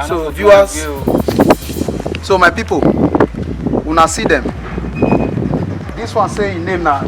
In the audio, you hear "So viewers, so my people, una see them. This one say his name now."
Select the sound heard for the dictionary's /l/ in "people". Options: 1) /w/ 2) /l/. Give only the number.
1